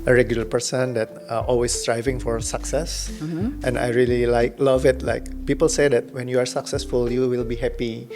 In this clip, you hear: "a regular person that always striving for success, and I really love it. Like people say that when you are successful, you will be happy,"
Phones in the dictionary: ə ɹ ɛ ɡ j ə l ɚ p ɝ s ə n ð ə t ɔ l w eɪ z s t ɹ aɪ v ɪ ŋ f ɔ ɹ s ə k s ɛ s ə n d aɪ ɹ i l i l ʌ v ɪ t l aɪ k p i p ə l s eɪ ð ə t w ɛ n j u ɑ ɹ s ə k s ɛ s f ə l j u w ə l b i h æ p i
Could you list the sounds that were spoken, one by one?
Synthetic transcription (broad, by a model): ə ɹ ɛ ɡ j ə l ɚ p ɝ s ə n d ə t ɔ l w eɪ s t ɹ aɪ v ɪ ŋ f ɔ ɹ s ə k s ɛ s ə n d aɪ ɹ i l i l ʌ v ɪ t l aɪ k p i p ə l s eɪ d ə t w ɛ n j u ɑ ɹ s ə k s ɛ s f ə l j u w ə l b i h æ p i